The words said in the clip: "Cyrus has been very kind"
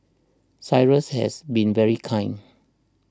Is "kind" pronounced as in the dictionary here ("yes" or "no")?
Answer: no